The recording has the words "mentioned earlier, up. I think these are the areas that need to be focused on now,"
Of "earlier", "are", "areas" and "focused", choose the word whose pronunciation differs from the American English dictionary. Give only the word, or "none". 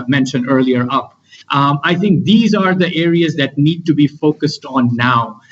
none